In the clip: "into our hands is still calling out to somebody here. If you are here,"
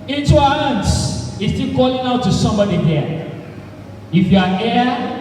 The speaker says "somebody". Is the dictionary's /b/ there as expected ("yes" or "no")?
yes